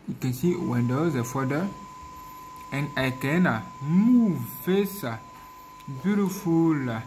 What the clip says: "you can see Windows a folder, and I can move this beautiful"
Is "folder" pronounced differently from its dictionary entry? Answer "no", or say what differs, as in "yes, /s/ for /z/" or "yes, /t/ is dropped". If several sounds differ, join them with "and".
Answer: yes, /l/ is dropped